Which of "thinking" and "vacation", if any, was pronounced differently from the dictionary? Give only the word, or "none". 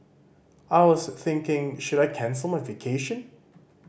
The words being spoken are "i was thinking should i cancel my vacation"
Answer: none